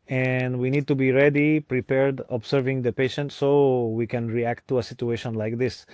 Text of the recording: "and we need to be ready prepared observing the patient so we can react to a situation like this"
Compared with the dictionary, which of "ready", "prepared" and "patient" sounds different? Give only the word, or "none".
none